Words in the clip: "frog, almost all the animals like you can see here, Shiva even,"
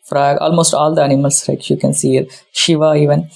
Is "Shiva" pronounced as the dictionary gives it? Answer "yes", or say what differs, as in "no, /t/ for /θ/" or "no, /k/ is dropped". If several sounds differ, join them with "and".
yes